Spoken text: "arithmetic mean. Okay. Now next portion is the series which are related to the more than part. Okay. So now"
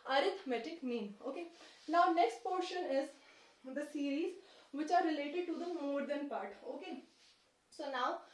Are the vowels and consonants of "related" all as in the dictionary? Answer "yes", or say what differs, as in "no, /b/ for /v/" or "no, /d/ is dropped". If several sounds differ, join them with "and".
yes